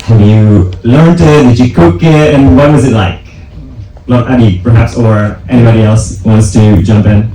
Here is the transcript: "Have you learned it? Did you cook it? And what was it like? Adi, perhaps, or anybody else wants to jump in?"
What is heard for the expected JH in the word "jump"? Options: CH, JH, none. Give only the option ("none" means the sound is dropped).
JH